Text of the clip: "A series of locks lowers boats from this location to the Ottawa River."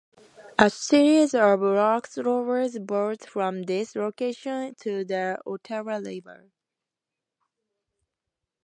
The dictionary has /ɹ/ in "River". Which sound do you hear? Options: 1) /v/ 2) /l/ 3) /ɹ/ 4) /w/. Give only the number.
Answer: 2